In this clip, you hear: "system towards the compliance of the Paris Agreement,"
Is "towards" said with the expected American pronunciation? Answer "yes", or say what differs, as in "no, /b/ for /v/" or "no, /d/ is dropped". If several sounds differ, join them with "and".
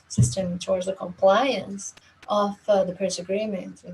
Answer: yes